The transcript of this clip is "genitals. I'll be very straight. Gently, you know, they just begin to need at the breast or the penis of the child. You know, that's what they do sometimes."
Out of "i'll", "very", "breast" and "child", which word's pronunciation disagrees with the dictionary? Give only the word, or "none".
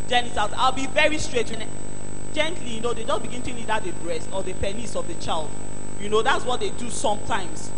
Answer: none